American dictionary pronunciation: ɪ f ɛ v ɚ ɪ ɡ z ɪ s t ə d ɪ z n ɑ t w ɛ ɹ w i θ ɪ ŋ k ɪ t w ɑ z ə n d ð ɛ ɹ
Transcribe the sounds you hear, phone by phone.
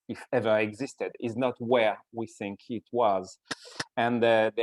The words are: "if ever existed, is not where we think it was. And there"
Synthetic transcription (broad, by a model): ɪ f ɛ v ɚ ɪ ɡ z ɪ s t ə d ɪ z n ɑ t w ɛ ɹ w i θ ɪ ŋ k ɪ t w ɑ z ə n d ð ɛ